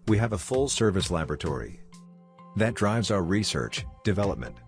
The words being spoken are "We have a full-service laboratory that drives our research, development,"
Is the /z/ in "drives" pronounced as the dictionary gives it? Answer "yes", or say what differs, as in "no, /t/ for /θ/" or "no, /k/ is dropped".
yes